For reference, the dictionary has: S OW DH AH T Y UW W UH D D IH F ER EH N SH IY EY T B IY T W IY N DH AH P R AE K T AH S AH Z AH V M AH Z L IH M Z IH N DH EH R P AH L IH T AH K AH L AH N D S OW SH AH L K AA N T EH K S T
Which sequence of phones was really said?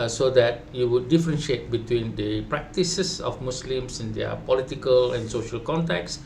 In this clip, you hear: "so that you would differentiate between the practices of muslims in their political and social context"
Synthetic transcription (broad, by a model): S OW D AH T Y UW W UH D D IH F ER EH N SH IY EY T B IY T W IY N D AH P R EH K T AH S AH S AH F M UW S L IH M S IH N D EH P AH L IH T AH K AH L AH N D S OW SH AH L K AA N T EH K S